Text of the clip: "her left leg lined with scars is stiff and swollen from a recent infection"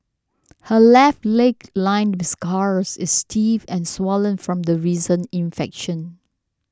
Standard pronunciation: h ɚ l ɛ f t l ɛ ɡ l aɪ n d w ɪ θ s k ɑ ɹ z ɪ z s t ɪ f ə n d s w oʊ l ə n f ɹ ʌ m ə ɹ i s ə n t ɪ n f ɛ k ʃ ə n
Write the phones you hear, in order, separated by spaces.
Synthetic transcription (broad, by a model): h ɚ l ɛ f t l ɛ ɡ l aɪ n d w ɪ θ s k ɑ ɹ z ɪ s t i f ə n s w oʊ l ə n f ɹ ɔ m ə ɹ i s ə n ɪ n f ɛ k ʃ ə n